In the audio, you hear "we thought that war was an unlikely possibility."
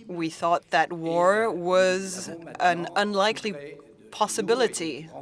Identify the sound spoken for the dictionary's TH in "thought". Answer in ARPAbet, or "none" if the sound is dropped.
TH